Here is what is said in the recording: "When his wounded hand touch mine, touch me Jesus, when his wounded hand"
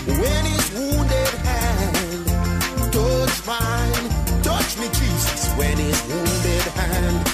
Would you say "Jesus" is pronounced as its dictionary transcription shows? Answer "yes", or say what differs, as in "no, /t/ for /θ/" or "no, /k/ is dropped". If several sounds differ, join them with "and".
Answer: no, /tʃ/ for /dʒ/ and /s/ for /z/